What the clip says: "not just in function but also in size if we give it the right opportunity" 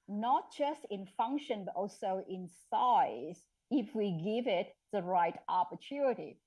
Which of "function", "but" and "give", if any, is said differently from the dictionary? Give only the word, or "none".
none